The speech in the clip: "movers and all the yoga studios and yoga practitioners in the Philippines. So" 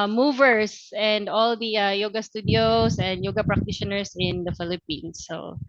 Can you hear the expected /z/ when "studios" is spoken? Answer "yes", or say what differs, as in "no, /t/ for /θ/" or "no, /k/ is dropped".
no, /s/ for /z/